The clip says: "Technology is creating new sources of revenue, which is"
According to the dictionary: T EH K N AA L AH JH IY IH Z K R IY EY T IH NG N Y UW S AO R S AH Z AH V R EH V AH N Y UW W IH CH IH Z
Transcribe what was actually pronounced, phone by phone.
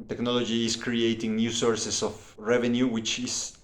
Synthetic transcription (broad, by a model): T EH K N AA L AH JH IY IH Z K R IY EY T IH NG N Y UW S AO R S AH S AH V R EH V AH N Y UW W IH CH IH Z